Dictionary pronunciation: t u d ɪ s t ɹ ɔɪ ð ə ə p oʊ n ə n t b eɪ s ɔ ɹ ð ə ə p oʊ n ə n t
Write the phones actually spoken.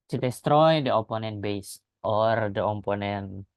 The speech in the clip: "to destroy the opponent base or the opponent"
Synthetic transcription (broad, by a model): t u d ɪ s t ɹ ɔɪ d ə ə p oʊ n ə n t b eɪ s ɔ ɹ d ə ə p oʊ n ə n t